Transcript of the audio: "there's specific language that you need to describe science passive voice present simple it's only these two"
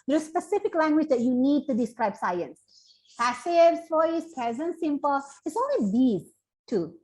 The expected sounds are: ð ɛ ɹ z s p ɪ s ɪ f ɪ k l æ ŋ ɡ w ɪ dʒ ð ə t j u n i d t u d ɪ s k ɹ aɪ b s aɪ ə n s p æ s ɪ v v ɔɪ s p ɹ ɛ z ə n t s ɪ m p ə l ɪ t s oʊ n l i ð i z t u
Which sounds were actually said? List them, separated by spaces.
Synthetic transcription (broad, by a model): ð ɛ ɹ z s p ɪ s ɪ f ɪ k l æ ŋ ɡ w ɪ dʒ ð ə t j u n i d t u d ɪ s k ɹ aɪ b s aɪ ə n s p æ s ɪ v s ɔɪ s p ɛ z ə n s ɪ m p ə l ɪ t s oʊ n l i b i t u